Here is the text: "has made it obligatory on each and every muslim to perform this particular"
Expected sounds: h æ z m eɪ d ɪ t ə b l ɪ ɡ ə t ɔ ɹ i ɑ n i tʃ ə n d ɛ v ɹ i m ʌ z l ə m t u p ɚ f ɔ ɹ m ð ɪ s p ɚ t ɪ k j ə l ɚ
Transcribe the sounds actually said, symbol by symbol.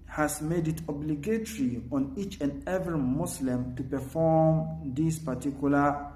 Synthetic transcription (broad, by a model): h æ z m eɪ d ɪ t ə b l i ɡ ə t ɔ ɹ i ɑ n i tʃ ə n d ɛ v ɹ i m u s l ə m t u p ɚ f ɔ m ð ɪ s p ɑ t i k j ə l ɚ